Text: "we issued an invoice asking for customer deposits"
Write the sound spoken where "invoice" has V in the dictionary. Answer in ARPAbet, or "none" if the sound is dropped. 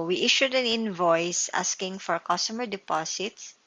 V